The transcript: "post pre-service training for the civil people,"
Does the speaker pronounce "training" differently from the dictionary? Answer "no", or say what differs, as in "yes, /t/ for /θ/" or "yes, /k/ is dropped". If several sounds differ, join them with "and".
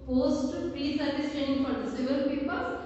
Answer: yes, /ɹ/ is dropped